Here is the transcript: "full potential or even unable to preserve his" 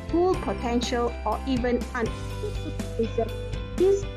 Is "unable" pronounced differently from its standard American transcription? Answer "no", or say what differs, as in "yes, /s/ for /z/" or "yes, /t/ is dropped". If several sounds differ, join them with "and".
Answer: yes, /b/ is dropped